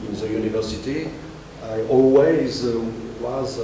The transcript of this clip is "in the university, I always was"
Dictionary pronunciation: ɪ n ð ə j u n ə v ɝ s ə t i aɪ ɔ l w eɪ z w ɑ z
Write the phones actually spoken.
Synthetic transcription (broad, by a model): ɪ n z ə j u n ə v ɝ s ə t i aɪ ɔ l w eɪ z w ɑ z